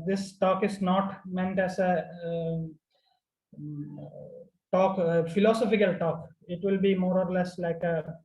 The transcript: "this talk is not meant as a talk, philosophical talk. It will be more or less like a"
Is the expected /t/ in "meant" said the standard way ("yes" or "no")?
yes